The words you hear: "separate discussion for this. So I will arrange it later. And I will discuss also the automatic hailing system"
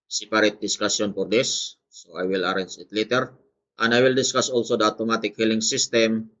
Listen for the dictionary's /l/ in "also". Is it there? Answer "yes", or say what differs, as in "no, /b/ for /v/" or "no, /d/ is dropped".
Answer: yes